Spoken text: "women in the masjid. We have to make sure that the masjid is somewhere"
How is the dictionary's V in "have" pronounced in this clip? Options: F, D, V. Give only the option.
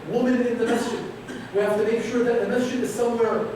F